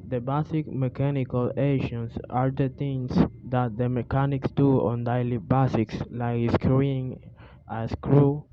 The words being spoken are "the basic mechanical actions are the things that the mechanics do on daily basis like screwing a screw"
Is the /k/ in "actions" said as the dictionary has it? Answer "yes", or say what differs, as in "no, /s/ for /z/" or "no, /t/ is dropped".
no, /k/ is dropped